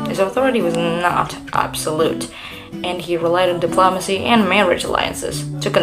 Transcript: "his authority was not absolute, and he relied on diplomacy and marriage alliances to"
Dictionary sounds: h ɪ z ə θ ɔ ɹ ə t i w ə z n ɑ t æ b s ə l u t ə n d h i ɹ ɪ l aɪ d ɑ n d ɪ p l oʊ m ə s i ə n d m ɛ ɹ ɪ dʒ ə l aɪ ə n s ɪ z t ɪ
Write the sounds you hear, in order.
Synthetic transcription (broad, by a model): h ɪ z ə θ ɔ ɹ ə t i w ə z n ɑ t æ b s ə l u t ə n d i ɹ ɪ l aɪ d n d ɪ p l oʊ m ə s i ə n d m ɛ ɹ ɪ dʒ ə l aɪ ə n s ɪ z t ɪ